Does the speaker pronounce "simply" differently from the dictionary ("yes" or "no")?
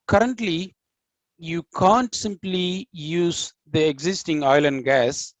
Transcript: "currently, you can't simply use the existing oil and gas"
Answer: no